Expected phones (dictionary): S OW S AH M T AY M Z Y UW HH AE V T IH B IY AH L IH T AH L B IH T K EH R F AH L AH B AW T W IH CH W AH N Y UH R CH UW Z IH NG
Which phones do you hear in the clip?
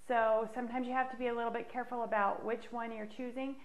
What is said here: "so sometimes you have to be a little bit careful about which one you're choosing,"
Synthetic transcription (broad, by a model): S OW S AH M T AY M Z Y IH HH AE F T IH B IY AH L IH T L B IH T K EH R F L AH B AW T W IH CH W AH N Y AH R CH UW Z IH NG